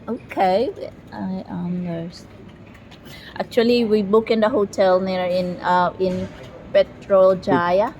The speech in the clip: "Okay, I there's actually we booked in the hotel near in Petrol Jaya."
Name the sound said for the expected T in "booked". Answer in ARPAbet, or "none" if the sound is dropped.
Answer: none